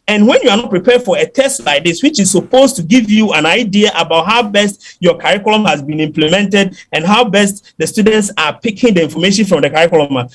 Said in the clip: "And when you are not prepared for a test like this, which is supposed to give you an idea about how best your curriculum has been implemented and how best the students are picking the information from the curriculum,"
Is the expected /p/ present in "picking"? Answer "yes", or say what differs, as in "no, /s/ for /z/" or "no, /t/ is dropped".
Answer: yes